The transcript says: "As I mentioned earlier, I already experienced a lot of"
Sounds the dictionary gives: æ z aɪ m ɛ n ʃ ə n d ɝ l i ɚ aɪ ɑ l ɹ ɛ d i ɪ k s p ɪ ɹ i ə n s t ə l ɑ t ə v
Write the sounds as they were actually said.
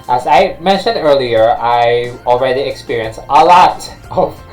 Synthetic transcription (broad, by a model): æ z aɪ m ɛ n ʃ ə n d ɝ l i ɚ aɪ ɑ l ɹ ɛ d i ɪ k s p ɪ ɹ i ə n s t ə l ɑ t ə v